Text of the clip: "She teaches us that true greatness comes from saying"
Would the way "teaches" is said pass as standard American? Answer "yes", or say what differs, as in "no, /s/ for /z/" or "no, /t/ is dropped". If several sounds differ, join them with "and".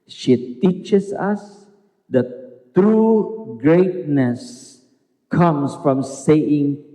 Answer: no, /s/ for /z/